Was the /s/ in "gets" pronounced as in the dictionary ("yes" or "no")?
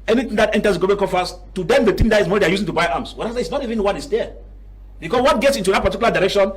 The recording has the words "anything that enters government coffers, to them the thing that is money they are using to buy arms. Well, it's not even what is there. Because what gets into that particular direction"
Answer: yes